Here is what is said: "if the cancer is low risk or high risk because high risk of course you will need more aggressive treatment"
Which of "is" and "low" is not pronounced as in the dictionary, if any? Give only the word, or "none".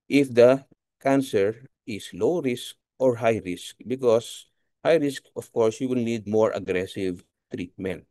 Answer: is